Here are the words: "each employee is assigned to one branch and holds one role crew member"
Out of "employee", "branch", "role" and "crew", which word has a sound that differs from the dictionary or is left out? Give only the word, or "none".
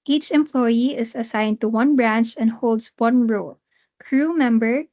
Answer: none